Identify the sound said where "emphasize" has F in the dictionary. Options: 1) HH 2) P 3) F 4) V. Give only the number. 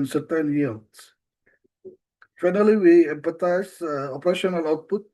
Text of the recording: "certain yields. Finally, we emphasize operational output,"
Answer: 2